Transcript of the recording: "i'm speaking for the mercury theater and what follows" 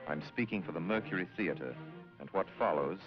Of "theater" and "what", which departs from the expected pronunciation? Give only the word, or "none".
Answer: none